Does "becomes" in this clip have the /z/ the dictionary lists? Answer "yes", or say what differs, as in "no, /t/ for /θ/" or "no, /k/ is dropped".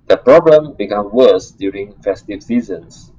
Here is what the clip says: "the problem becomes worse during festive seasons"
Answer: no, /z/ is dropped